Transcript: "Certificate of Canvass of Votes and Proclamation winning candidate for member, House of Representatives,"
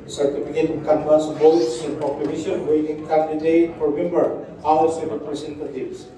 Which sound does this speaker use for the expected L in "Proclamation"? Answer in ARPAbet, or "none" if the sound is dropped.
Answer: none